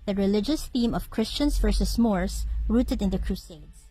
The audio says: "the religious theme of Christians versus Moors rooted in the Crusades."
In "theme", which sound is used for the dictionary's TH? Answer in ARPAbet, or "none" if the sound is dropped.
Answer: TH